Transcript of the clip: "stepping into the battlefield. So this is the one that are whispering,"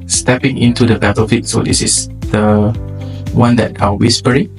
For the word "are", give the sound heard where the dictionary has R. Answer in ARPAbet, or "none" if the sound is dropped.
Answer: L